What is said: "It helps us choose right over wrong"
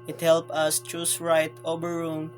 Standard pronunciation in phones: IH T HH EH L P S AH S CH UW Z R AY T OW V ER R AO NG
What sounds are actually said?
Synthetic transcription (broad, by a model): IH T HH EH L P AH S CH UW S R AY T OW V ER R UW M